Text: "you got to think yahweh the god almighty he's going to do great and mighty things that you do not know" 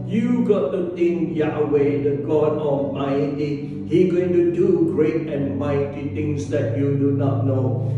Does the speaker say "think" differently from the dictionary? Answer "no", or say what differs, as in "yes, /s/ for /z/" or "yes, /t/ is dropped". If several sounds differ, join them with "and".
yes, /t/ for /θ/